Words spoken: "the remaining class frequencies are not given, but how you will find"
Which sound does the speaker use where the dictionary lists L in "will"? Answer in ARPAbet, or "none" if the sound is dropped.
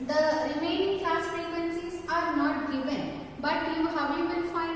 N